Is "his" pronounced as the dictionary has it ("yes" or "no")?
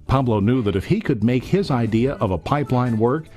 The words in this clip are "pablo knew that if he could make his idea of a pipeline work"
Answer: yes